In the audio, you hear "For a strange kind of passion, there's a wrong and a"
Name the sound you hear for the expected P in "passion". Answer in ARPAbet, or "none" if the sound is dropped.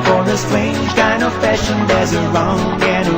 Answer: F